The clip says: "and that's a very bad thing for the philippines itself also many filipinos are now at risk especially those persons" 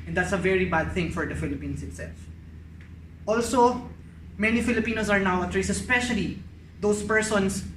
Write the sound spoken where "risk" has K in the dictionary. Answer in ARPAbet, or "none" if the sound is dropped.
none